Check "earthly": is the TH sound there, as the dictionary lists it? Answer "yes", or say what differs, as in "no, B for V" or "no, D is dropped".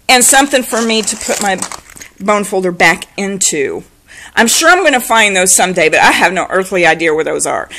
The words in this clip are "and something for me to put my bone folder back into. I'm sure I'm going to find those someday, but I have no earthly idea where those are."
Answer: yes